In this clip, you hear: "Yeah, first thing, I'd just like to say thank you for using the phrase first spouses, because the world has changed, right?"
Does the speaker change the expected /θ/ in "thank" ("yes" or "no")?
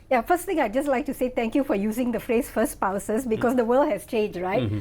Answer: yes